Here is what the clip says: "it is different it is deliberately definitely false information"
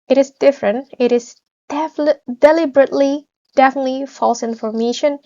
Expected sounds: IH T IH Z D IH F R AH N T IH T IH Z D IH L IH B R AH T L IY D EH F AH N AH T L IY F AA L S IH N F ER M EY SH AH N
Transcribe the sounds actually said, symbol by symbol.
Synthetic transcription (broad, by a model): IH T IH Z D IH F R AH N T IH T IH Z D IH L IH B R AH T L IY D EH F AH N AH T L IY F AA L S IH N F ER M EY SH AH N